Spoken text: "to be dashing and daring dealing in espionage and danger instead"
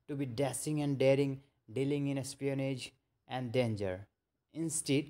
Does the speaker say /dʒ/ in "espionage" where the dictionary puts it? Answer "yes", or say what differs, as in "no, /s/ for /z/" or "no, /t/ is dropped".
yes